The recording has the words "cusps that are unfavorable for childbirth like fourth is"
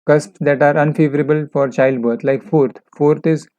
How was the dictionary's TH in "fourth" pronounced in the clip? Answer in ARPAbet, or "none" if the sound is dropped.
F